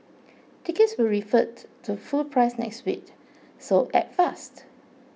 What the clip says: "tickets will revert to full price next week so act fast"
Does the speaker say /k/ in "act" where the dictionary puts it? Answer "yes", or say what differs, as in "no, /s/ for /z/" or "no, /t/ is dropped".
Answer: no, /k/ is dropped